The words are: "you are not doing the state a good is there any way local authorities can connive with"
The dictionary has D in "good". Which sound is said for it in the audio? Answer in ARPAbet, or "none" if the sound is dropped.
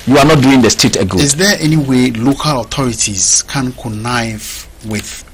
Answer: none